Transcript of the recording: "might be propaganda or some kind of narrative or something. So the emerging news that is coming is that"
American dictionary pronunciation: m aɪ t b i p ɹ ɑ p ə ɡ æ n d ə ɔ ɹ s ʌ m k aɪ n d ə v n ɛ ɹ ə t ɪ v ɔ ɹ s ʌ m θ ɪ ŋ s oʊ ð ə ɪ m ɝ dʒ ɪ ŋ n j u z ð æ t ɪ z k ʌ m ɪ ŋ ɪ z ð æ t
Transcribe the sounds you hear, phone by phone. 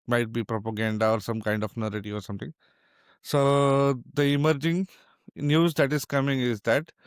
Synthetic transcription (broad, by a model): m aɪ t b i p ɹ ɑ p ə ɡ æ n d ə ɔ ɹ s ʌ m k aɪ n d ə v n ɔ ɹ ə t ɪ ɔ ɹ s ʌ m t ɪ ŋ s oʊ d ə ɪ m ɝ dʒ ɪ ŋ n j u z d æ t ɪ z k ʌ m ɪ ŋ ɪ z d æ t